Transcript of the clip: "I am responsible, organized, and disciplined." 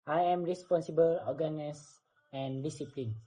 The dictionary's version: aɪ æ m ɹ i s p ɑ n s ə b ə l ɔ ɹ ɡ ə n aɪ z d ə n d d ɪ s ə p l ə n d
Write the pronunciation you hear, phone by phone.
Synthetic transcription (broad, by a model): aɪ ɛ m ɹ i s p ɑ n s ə b ə l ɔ ɡ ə n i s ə n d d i s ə p l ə n